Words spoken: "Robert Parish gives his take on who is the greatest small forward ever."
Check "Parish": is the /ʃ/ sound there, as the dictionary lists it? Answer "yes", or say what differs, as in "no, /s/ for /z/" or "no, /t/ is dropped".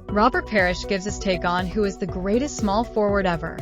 yes